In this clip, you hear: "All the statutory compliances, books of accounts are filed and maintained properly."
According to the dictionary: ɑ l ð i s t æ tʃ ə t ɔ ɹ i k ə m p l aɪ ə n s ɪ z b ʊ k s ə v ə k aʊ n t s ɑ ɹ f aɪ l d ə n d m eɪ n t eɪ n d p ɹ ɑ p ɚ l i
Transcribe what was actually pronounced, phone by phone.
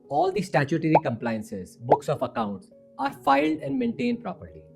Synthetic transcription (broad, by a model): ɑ l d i s t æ tʃ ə t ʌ ɹ i k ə m p l aɪ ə n s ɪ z b ʊ k s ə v ə k aʊ n t s ɑ ɹ f aɪ l d ə n d m eɪ n t eɪ n d p ɹ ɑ p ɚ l i